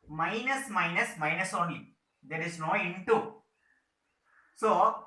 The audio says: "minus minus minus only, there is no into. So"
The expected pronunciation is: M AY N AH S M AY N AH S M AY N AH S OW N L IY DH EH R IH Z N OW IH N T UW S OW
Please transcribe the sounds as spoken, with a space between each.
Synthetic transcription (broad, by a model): M AY N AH S M AY N AH S M AY N AH S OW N IY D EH R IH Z N OW IH N T UW S OW